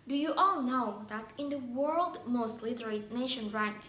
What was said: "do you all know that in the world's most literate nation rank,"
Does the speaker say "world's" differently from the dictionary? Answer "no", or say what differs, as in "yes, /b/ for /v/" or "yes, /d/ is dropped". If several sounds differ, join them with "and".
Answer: yes, /z/ is dropped